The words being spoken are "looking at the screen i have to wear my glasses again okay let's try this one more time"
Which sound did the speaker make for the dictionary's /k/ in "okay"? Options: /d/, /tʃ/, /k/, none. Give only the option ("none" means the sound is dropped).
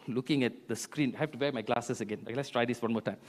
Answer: none